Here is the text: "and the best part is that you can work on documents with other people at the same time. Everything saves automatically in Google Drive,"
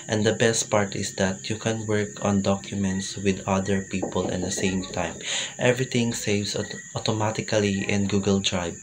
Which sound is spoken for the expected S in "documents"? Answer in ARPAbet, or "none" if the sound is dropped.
S